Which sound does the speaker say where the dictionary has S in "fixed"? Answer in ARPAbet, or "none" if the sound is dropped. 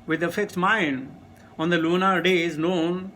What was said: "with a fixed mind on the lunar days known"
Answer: none